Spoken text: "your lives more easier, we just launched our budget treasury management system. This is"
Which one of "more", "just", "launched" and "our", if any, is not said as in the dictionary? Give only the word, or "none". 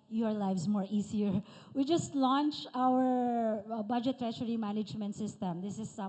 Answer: launched